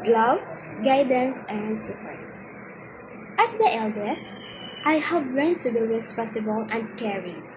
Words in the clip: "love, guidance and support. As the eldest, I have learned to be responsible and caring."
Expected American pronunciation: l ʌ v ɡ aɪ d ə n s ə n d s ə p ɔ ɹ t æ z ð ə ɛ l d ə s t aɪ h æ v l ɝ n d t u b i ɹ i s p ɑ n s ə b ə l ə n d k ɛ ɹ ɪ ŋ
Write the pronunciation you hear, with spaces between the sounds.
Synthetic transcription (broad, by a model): l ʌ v ɡ aɪ d ə n s ə n d s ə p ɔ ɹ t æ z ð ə ɛ l d ə s t aɪ h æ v l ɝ n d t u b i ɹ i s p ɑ s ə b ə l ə n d k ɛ ɹ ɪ